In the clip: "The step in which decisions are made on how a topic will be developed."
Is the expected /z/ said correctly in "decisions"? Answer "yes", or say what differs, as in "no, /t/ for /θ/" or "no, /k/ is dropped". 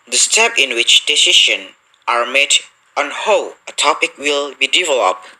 no, /z/ is dropped